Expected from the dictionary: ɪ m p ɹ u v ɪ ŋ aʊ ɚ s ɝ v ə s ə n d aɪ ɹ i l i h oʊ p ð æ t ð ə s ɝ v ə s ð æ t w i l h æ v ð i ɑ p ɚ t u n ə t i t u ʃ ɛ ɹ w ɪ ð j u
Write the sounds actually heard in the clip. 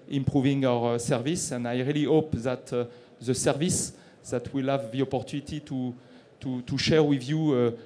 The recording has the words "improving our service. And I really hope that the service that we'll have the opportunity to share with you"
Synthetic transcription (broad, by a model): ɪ m p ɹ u v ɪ ŋ aʊ ɚ s ɝ v ə s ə n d aɪ ɹ i l i h oʊ p ð æ t ð ə s ɝ v ə s ð æ t w i l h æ v ð i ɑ p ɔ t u n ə t i t u ʃ ɛ ɹ w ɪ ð j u